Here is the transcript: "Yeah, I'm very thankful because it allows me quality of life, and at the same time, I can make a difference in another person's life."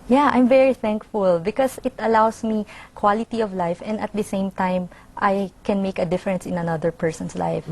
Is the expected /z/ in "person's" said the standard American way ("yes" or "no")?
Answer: no